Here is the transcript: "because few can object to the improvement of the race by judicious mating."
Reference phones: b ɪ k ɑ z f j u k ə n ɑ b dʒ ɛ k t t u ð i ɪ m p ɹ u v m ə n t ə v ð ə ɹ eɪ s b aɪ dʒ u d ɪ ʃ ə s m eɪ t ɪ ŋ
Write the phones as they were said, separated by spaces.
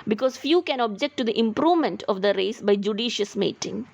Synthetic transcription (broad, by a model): b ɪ k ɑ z f j u k ə n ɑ b dʒ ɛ k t t u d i ɪ m p ɹ u v m ə n t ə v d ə ɹ eɪ s b aɪ dʒ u d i ʃ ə s m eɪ t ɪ ŋ